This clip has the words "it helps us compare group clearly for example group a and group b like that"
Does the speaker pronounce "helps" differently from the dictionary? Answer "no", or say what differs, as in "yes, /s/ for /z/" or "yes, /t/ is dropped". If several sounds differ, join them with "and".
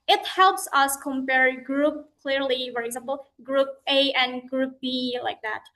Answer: no